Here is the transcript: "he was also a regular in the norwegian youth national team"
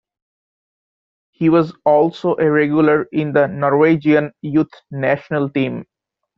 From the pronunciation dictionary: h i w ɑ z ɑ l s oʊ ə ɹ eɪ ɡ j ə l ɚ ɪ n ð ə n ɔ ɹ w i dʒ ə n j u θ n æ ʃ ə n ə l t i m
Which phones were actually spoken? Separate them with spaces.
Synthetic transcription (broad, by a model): h i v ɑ z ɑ l s oʊ ə ɹ eɪ ɡ j ə l ɚ ɪ n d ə n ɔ ɹ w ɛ dʒ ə n j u t n æ ʃ ə n ə l t i m